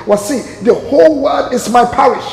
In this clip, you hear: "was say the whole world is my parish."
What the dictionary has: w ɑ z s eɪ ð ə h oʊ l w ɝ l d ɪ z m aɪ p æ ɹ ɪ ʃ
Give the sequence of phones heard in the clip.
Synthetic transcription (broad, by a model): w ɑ s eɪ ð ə h oʊ l w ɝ d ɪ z m aɪ p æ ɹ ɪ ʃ